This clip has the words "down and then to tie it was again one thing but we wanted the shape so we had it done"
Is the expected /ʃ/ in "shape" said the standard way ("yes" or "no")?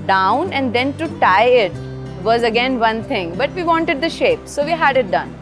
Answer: yes